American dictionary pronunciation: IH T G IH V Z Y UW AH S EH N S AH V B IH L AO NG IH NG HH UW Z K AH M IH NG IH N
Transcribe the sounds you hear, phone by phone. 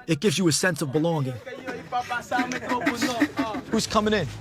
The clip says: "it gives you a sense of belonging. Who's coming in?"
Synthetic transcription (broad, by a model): IH T G IH V Z Y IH AH S EH N S AH V B IH L AO NG IH NG HH UW Z K AH M IH NG IH N